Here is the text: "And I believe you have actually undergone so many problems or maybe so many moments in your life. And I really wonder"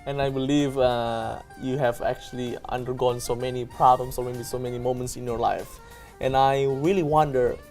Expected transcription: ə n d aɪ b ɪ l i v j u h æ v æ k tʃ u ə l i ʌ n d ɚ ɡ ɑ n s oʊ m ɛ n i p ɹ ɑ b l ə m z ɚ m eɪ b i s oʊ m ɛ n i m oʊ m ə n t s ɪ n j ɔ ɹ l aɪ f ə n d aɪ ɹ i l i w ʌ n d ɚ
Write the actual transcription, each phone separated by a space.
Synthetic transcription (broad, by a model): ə n aɪ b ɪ l i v j u h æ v æ k tʃ u ə l i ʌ n d ɚ ɡ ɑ n s oʊ m ɛ n i p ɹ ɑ b l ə m s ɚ m eɪ b i s oʊ m ɛ n i m oʊ m ə n t s ɪ n j ɔ ɹ l aɪ f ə n aɪ ɹ i l i w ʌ n d ɚ